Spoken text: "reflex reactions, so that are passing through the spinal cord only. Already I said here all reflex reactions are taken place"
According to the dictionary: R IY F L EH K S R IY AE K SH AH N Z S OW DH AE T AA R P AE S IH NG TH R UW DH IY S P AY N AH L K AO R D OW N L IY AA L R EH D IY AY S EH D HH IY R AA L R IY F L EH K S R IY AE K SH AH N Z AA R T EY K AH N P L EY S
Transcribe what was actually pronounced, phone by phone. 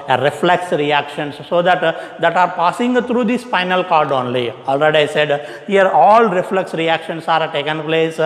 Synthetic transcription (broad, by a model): R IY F L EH K S R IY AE K SH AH N S OW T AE T AA R P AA S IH NG T R UW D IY S F AY N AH L K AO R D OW N L IY AA L R EH D IY AY S EH D HH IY R AA L R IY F L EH K S R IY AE K SH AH N S AA R T EY K AH N P L EY S